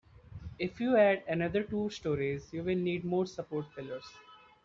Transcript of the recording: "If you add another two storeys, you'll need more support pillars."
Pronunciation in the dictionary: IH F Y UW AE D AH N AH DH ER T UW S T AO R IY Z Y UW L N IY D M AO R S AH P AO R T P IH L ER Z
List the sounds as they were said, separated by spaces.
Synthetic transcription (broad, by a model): IH F Y UW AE D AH N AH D ER T UW S T AO R IY Z Y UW L N IY D M AO R S AH P AO R T F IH L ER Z